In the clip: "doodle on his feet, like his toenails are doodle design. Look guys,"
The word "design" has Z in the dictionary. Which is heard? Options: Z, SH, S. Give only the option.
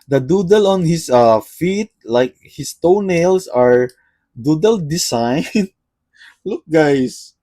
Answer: S